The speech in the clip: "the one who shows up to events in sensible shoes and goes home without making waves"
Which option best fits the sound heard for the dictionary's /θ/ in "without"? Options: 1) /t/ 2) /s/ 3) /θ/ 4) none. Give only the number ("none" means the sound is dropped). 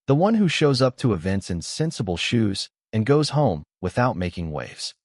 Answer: 3